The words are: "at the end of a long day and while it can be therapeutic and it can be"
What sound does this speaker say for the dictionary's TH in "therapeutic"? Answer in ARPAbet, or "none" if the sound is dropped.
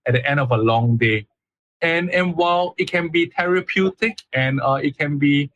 T